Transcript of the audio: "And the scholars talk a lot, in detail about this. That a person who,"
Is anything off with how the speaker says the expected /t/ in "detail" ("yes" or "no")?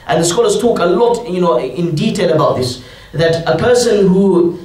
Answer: no